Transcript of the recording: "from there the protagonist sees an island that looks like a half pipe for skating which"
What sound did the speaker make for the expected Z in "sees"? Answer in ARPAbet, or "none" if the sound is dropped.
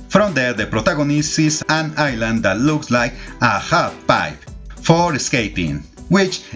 S